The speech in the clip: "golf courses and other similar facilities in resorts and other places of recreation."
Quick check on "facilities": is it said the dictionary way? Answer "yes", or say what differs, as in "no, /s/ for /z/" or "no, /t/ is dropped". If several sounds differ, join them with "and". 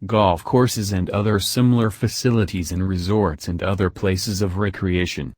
yes